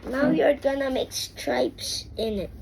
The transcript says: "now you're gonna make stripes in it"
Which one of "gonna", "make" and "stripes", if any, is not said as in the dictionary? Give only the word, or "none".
none